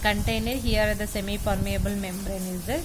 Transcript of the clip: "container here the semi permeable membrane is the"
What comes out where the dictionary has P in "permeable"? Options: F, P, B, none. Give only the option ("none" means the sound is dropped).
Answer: F